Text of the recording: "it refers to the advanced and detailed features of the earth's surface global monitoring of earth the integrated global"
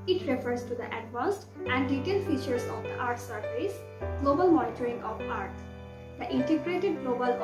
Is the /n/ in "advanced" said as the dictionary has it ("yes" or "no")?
no